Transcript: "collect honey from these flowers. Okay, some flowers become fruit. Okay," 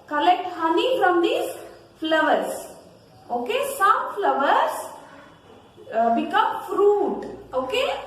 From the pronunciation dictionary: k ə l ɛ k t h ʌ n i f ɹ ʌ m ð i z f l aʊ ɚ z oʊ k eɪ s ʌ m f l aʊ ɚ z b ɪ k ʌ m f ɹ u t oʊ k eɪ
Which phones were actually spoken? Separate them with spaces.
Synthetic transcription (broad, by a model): k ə l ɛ k t h ʌ n i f ɹ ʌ m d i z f l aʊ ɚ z oʊ k eɪ s ʌ m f l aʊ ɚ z b ɪ k ʌ m f ɹ u t oʊ k eɪ